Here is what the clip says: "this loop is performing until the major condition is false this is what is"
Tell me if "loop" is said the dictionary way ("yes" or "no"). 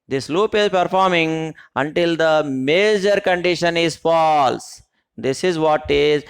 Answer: yes